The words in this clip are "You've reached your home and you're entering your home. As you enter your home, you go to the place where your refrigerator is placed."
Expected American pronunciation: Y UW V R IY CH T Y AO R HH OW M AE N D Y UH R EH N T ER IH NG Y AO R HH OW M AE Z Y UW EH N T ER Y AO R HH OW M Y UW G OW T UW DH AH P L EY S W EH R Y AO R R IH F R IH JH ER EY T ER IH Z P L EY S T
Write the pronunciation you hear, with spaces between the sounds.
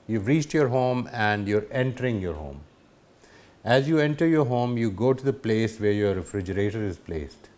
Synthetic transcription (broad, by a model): Y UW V R IY CH T Y AO R HH OW M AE N D Y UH R EH N T ER IH NG Y AO R HH OW M AE Z Y UW EH N T ER Y AO R HH OW M Y UW G OW T UW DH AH P L EY S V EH R Y AO R R IH F R IH JH ER EY T ER IH Z P L EY S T